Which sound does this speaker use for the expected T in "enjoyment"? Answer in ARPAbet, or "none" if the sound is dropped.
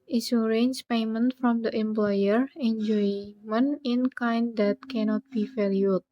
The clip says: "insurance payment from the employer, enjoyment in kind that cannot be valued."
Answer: none